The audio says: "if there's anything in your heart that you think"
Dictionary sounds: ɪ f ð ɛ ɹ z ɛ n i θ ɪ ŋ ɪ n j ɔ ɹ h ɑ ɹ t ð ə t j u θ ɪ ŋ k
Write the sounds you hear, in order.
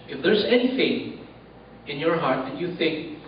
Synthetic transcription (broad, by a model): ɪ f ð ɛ ɹ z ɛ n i f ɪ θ ɪ n j ɔ ɹ h ɑ ɹ t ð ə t j u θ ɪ ŋ k